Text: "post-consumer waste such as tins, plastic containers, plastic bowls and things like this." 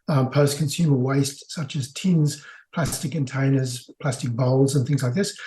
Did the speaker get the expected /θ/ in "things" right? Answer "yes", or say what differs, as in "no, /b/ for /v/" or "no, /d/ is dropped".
yes